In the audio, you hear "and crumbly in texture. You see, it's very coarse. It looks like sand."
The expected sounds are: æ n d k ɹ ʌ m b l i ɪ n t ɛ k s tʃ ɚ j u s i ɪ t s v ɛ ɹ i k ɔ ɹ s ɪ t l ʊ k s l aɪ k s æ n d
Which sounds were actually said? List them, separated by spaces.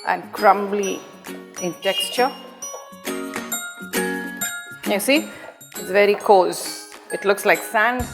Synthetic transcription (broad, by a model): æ n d k ɹ ʌ m b l i ɪ n t ɛ k s tʃ ɚ j u s i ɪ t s v ɛ ɹ i k ɔ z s ɪ t l ʊ k s l aɪ k s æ n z